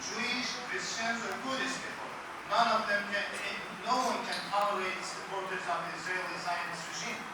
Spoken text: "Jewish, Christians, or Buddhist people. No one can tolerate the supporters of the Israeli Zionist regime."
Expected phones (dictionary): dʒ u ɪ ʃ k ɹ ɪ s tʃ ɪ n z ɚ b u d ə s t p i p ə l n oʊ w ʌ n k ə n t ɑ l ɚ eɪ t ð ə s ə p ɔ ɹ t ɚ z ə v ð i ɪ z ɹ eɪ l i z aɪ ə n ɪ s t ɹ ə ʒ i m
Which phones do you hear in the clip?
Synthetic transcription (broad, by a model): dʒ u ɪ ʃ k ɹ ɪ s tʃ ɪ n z ɚ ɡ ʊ d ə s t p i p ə n n oʊ w ʌ n k ə n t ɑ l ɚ eɪ t s ə p ɔ ɹ t ɚ z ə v ð i ɪ z ɹ eɪ l i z aɪ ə n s ɹ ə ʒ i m